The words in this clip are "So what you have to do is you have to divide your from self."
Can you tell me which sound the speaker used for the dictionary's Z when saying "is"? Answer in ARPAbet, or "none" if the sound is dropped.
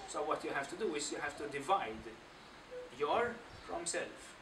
S